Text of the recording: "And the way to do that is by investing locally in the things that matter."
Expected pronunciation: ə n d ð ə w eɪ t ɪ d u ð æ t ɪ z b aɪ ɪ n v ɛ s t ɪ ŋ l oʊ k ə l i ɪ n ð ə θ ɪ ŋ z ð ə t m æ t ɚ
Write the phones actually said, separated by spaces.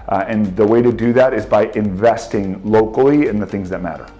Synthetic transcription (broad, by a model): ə n ð ə w eɪ t ɪ d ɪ ð æ t ɪ z b aɪ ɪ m v ɛ s t ɪ ŋ l oʊ k l i ɪ n ð ə θ ɪ ŋ z ð ə t m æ t ɚ